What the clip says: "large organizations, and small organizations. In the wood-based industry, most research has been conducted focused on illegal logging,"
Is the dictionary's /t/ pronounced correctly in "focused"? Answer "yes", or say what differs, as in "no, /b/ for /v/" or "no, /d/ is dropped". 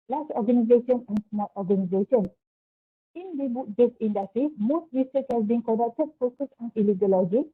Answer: no, /t/ is dropped